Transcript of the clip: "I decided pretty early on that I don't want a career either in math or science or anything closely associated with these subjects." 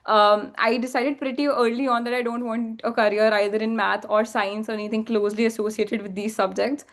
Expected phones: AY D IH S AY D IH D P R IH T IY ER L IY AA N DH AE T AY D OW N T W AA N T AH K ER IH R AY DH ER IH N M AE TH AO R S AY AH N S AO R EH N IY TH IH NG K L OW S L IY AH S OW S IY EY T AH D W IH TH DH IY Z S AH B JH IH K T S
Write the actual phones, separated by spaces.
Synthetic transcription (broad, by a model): AY D IH S AY D IH D P R IH T IY ER L IY AA N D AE T AY D OW N T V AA N T AH K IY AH R AY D ER IH N M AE T AO R S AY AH N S AO R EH N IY T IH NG K L OW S L IY AH S OW S IY EY T AH D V IH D IY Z S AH B JH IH K T S